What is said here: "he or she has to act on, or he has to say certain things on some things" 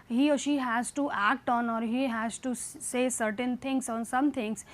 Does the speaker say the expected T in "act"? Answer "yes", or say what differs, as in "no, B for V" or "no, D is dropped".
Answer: yes